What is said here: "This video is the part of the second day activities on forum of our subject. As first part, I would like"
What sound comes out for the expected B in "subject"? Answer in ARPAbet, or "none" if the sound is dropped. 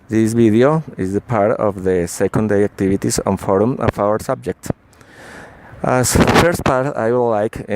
B